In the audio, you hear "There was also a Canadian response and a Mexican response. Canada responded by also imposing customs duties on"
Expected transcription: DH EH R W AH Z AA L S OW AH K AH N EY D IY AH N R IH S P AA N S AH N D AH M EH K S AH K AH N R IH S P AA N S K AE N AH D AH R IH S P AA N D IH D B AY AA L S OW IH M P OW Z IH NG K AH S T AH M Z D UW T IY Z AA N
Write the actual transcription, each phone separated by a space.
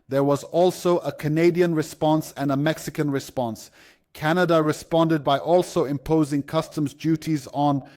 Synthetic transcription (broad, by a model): DH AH R W AH Z AA L S OW AH K AH N EY D IY AH N R IH S P AA N S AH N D AH M EH K S AH K AH N R IH S P AA N S K AE N AH D AH R IH S P AA N D IH D B AY AA L S OW IH M P OW Z IH NG K AH S T AH M Z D UW T IY Z N